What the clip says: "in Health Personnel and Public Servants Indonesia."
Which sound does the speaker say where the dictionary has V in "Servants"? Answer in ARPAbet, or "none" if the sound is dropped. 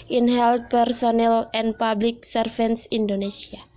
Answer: F